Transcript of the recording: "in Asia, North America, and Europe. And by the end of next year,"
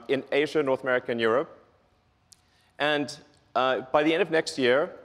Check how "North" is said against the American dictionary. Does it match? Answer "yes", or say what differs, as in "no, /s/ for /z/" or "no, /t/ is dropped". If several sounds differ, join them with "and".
yes